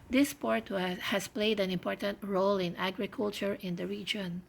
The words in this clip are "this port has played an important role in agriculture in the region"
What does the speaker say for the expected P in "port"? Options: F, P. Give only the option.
P